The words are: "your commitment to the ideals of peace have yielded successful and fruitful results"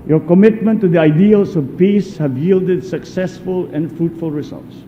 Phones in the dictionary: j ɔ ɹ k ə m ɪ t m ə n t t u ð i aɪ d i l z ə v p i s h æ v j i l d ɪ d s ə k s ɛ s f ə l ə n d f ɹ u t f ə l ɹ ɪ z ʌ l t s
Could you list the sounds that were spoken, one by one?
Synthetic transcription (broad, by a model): j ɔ k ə m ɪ t m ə n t t u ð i aɪ d i l s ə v p i s h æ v j i l d ɪ d s ə k s ɛ s f ə l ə n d f ɹ u t f ə l ɹ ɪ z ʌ l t s